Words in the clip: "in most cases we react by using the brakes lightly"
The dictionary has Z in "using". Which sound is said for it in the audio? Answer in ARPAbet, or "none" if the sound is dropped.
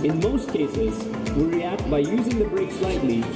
Z